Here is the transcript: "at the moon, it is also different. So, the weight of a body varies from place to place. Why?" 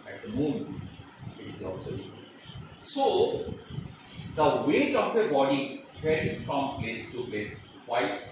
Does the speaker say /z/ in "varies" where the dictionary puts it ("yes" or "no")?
no